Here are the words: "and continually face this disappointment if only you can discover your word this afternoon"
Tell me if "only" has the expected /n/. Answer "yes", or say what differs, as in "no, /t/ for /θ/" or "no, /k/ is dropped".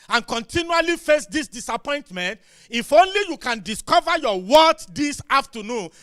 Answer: yes